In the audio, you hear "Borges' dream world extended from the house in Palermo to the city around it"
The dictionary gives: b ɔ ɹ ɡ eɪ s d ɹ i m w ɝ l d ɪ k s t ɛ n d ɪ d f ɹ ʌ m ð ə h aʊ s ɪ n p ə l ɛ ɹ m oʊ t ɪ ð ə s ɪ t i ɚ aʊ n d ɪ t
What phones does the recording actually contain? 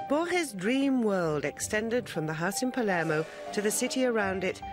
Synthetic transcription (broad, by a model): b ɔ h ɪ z d ɹ i m w ɝ l d ɪ k s t ɛ n d ɪ d f ɹ ʌ m ð ə h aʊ s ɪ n p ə l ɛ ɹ m oʊ t ɪ ð ə s ɪ t i ɚ aʊ n d ɪ t